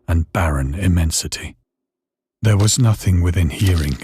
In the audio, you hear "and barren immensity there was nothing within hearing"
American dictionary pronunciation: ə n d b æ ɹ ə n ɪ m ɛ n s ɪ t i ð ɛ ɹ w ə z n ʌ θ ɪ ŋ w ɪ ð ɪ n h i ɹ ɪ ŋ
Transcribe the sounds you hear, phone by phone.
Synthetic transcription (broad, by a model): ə n b æ ɹ ə n ɪ m ɛ n s ɪ t i ð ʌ ɹ w ə z n ʌ θ ɪ ŋ w ɪ ð ɪ n h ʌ ɹ ɪ ŋ